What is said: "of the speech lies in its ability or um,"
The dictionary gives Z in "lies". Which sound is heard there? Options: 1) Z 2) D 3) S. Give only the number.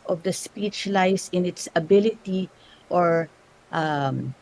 3